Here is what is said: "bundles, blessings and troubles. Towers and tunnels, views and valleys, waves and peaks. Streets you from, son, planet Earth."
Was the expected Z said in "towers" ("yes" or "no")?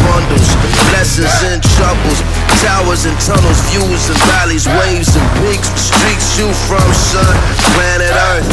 yes